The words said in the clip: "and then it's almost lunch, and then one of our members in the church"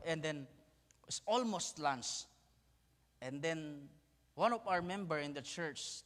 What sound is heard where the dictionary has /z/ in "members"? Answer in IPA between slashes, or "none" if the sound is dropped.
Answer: none